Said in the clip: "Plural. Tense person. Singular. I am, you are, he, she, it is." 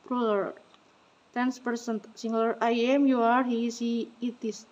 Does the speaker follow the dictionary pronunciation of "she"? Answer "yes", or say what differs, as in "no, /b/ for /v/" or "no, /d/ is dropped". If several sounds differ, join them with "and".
no, /s/ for /ʃ/